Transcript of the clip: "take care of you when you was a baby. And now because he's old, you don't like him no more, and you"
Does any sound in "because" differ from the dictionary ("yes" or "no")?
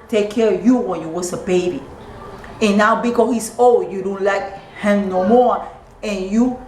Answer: yes